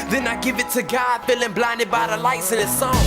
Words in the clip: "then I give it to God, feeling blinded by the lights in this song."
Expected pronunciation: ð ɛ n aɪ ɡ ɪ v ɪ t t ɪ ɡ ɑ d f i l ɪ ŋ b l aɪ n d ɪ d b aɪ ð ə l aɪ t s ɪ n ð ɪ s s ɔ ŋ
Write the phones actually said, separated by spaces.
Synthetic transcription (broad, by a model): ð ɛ n aɪ ɡ ɪ v ɪ t t ɪ ɡ ɑ d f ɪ l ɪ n b l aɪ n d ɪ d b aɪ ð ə l aɪ t s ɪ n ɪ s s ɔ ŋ